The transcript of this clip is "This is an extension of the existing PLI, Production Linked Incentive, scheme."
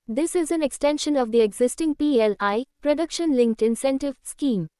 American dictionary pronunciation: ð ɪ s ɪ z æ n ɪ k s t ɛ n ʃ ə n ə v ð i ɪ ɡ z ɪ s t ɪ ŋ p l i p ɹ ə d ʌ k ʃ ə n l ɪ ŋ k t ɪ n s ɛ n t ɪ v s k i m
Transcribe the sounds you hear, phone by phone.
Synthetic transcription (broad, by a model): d ɪ s ɪ z æ n ɪ k s t ɛ n ʃ ə n ə v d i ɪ ɡ z ɪ s t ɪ ŋ p l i p ɹ ə d ʌ k ʃ ə n l ɪ ŋ k t ɪ n s ɛ n t ɪ v s k i m